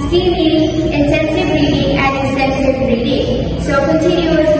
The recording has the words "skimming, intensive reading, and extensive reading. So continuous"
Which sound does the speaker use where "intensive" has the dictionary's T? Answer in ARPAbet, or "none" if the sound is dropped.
S